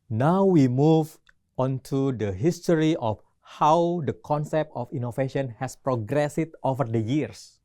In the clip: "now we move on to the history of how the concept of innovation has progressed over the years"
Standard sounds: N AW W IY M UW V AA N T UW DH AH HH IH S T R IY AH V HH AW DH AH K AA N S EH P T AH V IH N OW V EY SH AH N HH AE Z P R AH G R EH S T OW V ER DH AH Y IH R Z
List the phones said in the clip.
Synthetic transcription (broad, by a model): N AW W IY M UW V AA N T UW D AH HH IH S T R IY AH F HH AW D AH K AA N S EH P T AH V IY N OW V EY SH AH N HH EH S P R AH G R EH S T OW V ER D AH Y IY R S